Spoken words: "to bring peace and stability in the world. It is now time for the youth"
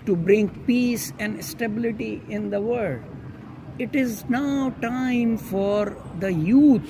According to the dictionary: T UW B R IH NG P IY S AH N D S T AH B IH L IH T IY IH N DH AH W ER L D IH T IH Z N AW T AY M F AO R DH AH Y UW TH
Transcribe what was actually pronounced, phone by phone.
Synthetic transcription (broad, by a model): T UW B R IH NG P IY S AH N D S T AH B IH L IH T IY IH N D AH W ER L D IH T IH Z N AW T AY M F AO R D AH Y UW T